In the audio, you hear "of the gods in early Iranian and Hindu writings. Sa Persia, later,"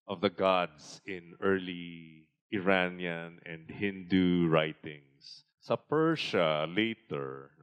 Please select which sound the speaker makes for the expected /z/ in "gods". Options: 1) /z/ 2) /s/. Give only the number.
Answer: 2